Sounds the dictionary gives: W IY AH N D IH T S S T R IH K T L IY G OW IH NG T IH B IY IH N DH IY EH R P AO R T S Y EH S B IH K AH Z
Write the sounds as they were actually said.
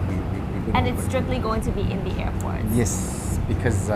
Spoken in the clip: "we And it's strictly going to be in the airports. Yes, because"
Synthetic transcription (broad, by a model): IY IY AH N IH T S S T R IH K T L IY G OW IH NG T IH B IY IH N DH IY EH R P AO R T Y EH S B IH K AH Z